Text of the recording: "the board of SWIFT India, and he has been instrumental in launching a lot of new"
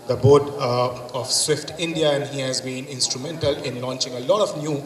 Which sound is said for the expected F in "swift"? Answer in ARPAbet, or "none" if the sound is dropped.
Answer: F